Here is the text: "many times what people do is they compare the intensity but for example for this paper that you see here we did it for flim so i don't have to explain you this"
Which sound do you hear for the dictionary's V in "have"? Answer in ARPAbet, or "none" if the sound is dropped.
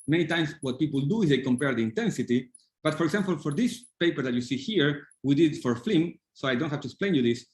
F